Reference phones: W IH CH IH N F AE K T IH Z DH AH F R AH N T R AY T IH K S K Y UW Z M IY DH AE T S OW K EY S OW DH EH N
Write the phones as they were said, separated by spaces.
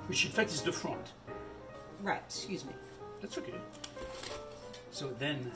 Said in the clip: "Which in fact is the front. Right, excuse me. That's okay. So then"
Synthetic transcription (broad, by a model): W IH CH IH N F AE K T IH Z DH AH F R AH N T R AY T S K Y UW Z M IY DH AE T S OW K EY S OW DH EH N